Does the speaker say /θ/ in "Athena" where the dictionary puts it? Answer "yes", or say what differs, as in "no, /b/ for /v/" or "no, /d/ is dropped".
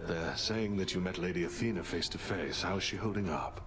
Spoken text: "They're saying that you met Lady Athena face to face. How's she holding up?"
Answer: yes